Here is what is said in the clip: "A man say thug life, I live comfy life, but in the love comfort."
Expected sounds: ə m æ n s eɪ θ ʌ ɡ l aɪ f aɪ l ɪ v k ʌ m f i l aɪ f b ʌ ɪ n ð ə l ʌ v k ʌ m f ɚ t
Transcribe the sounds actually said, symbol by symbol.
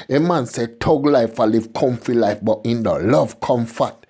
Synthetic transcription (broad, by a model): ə m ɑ n s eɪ t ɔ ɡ l aɪ f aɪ l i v k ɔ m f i l aɪ f b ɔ ɪ n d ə l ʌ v k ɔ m f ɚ t